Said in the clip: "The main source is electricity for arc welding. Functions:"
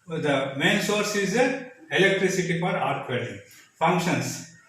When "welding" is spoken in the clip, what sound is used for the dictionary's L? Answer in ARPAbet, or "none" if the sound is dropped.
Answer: none